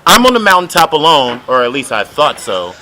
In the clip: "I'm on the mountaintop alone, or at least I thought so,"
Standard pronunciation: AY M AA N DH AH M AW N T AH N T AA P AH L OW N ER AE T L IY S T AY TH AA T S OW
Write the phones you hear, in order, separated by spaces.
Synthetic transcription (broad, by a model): AY M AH N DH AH M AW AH N T AA P AH L OW N ER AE T L IY S T AY TH AA T S OW